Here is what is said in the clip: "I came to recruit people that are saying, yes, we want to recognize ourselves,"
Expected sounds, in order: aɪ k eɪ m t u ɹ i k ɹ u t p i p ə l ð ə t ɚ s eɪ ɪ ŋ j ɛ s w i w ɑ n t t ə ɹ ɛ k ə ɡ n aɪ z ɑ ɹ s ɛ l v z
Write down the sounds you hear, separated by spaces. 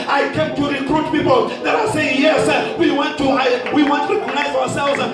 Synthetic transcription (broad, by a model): aɪ k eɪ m t u ɹ i k ɹ u t p i p ə l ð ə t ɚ s eɪ ɪ ŋ j ɛ s w i w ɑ n t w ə w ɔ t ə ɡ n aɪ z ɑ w s ɛ l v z